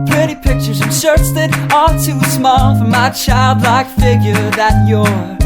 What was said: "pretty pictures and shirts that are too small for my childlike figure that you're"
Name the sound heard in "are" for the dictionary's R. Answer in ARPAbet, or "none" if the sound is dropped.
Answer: L